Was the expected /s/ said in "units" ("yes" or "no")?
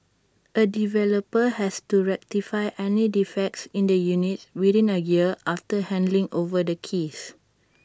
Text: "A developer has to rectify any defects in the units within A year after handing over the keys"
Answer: no